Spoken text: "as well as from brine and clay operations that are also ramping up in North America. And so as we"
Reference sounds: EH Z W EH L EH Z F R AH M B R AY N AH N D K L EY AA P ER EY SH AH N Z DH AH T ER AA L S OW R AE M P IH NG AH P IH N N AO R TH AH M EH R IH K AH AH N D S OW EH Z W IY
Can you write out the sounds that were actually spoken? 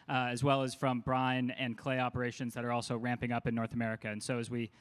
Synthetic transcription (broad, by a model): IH Z W EH L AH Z F R AH M B R AY N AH N K L EY AA P ER EY SH AH N Z DH AH T ER AA L S OW R AE M P IH NG AH P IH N N AO R TH AH M EH R IH K AH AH N S OW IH Z W IY